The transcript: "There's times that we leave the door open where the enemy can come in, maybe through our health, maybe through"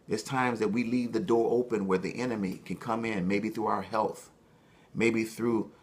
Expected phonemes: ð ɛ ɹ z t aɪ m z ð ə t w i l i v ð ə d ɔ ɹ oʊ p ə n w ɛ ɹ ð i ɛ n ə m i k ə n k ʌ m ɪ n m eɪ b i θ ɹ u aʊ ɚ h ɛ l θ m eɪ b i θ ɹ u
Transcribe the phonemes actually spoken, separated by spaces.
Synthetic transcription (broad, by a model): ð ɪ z t aɪ m z ð ə t w i l i v ð ə d ɔ ɹ oʊ p ə n w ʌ ɹ ð i ɛ n ə m i k ə n k ʌ m ɪ n m eɪ b i θ ɹ u aʊ ɚ h ɛ l θ m eɪ b i θ ɹ u